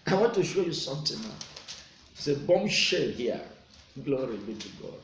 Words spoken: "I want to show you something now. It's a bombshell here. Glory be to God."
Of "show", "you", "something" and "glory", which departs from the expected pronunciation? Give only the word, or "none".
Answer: something